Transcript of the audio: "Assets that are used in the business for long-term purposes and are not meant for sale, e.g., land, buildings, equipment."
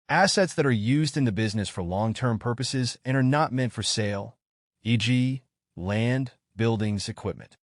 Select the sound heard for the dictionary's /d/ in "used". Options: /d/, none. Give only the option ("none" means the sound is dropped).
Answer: /d/